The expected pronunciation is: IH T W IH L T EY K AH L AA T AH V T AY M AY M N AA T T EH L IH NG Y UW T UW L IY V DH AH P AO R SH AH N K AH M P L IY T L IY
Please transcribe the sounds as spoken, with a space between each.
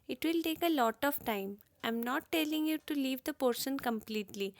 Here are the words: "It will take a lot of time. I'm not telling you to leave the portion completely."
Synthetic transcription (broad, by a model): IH T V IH L T EY K AH L AA T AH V T AY M AY M N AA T T EH L IH NG Y UW T UW L IY V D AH P AO R SH AH N K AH M P L IY T L IY